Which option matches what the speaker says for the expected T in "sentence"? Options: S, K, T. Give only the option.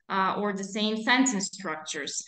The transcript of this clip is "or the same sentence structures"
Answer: S